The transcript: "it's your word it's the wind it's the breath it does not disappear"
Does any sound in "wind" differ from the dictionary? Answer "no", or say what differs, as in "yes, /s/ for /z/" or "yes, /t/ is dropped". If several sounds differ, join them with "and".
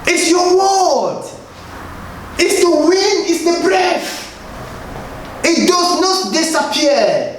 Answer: yes, /d/ is dropped